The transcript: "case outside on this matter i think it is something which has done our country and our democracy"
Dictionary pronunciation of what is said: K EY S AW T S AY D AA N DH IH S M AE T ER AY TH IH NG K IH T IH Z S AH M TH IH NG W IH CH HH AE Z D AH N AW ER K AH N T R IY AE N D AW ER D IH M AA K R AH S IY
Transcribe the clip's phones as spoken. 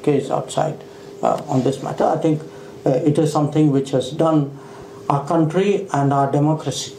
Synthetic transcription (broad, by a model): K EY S AW T S AY D AA N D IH S M AE T ER AY T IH NG K IH T IH Z S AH M T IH NG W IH CH HH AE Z D AH N AW ER K AH N T R IY AE N D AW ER D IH M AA K R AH S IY